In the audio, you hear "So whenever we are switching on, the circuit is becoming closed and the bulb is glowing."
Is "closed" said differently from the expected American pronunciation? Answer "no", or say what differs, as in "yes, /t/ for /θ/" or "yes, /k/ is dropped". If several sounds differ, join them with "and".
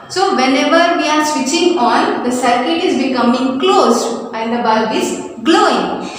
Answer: yes, /d/ is dropped